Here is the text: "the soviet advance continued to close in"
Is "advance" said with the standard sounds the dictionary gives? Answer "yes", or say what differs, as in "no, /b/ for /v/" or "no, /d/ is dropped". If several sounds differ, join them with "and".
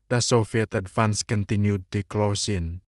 no, /f/ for /v/